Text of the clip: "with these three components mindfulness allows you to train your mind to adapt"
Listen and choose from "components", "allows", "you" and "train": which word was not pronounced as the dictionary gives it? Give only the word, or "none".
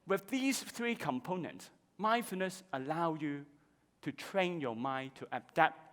allows